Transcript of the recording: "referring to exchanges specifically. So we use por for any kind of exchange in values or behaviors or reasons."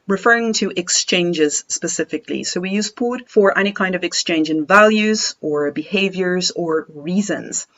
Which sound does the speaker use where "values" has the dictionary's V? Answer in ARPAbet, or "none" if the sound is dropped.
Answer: V